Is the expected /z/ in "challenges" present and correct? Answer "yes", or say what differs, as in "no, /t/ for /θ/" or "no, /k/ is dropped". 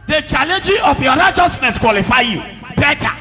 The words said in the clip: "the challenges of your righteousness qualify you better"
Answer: no, /z/ is dropped